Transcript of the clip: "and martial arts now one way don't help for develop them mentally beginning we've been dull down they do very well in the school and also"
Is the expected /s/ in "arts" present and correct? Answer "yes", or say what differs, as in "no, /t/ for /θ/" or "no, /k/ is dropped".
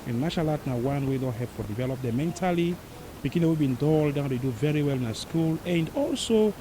no, /s/ is dropped